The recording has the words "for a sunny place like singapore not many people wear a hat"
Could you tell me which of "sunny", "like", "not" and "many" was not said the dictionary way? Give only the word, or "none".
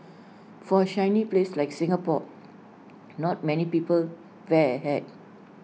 sunny